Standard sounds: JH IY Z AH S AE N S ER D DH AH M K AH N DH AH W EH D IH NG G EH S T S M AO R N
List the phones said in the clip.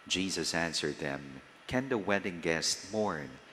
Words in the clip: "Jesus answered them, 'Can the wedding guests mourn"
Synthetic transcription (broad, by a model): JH IY Z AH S AE N S ER D DH AH M K AH N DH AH W EH D IH NG G EH S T M AO R N